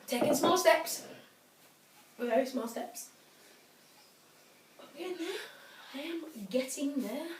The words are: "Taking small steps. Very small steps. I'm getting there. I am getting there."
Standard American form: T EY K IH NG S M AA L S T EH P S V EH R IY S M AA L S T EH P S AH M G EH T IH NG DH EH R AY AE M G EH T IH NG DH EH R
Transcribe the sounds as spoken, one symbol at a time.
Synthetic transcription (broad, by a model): T EY K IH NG S M AA L S T EH P S W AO IY S M AA L S T EH P S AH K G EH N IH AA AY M G EH T IH NG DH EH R